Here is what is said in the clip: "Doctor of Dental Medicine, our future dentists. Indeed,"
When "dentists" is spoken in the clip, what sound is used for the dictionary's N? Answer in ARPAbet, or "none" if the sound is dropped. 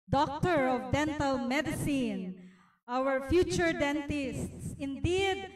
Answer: N